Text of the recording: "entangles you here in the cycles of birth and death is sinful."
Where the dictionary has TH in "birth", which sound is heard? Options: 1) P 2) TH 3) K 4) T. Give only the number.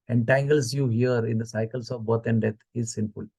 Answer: 4